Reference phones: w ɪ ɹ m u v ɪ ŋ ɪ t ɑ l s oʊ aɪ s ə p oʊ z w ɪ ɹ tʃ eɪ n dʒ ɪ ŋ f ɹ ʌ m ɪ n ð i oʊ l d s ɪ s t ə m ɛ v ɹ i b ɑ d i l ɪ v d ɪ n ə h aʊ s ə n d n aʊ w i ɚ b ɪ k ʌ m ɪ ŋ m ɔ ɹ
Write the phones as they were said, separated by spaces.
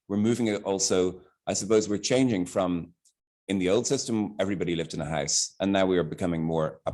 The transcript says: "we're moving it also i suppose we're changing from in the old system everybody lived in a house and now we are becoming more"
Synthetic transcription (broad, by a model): w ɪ ɹ m u v ɪ ŋ ɪ t ɑ l s oʊ aɪ s ə p oʊ z w ɪ ɹ tʃ eɪ n dʒ ɪ ŋ f ɹ ʌ m ɪ n ð i oʊ l d s ɪ s t ə m ɛ v ɹ i b ɑ d i l ɪ v d ɪ n ə h aʊ s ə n n aʊ w i ɚ b ɪ k ʌ m ɪ ŋ m ɔ ɹ